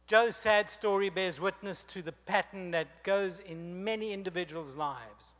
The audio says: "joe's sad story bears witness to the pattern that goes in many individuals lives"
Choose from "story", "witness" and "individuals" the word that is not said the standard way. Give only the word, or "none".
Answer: none